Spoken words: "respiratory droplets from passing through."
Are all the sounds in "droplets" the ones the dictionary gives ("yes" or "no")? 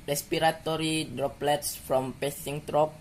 yes